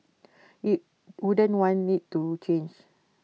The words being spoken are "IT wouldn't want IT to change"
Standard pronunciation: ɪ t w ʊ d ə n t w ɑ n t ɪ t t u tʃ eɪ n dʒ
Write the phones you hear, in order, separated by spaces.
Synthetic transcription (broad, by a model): ɪ t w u d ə n w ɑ n ɪ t t u tʃ eɪ n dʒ